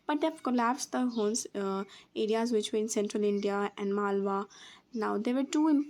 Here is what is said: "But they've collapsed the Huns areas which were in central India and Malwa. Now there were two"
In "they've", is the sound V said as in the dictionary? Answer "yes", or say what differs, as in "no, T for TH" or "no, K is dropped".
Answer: no, F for V